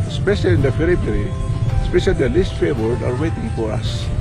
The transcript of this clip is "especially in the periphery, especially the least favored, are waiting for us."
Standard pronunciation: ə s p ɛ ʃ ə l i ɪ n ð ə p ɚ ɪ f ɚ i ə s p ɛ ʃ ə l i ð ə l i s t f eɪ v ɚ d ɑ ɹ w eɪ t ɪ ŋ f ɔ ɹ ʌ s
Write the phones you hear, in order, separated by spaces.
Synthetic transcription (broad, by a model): s p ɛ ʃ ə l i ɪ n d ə f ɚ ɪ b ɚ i s p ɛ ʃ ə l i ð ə l i s t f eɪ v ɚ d ɑ ɹ w eɪ t ɪ ŋ f ɔ ɹ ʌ s